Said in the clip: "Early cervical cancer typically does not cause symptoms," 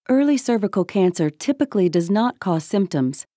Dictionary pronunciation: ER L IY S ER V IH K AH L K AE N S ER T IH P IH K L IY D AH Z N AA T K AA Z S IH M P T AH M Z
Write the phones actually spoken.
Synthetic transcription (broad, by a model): ER L IY S ER V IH K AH L K AE N S ER T IH P IH K L IY D AH Z N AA T K AA Z S IH M P T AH M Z